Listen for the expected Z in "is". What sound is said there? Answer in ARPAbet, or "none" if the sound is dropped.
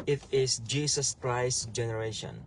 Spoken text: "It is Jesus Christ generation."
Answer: S